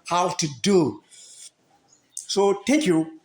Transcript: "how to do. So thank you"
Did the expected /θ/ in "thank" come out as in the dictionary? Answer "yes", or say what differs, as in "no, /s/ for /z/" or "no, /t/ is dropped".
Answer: no, /t/ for /θ/